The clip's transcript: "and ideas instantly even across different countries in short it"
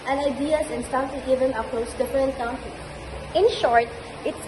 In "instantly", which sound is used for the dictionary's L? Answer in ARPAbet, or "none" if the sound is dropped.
none